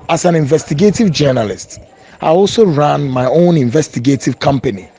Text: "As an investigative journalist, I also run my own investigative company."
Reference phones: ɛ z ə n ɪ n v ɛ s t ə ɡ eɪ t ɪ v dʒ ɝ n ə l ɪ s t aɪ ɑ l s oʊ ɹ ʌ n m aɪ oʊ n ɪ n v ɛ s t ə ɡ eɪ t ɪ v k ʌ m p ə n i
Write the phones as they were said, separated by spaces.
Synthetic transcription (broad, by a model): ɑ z ə n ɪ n v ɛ s t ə ɡ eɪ t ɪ v dʒ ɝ n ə l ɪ s t aɪ ɑ l s oʊ ɹ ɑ n m aɪ oʊ n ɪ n v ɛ s t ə ɡ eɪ t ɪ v k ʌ m p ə n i